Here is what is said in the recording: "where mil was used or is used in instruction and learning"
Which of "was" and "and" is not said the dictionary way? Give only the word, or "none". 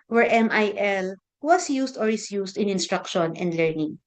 was